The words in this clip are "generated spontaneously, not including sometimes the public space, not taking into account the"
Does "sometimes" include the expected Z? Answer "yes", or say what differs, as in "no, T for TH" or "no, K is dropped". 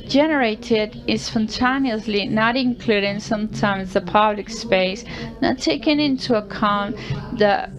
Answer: yes